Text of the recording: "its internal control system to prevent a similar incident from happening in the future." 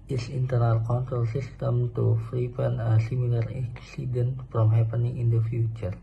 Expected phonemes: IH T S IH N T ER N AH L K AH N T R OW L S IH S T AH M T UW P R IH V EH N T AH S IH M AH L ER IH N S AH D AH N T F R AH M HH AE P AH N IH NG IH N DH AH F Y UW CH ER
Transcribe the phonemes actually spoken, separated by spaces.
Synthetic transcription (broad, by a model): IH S IH N T ER N AH L K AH N T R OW L S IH S T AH M T UW F R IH P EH N AH S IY M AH L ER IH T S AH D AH N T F R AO M HH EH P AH N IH NG IH N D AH F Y UW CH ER